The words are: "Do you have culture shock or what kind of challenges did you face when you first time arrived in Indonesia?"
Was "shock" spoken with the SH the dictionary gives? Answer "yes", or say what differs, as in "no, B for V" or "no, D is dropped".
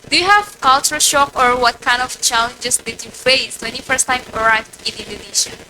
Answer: yes